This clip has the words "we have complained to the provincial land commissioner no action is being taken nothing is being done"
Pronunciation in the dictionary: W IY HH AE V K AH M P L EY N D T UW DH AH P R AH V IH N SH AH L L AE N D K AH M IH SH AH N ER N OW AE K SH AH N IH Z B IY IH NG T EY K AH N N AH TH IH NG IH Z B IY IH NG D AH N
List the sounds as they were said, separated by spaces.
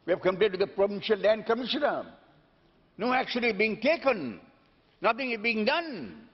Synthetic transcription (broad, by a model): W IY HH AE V K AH M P EY D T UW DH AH P R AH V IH N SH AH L L AE N D K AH M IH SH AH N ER N OW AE K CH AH L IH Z B IY IH NG T EY K AH N N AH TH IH NG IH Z B IY IH NG D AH N